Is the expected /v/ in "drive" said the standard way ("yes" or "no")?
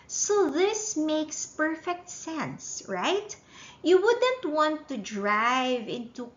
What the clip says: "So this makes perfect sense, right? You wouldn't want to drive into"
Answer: yes